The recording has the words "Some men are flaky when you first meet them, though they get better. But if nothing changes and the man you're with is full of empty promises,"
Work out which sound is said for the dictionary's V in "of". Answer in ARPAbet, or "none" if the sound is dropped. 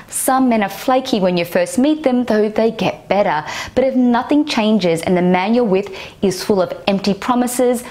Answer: V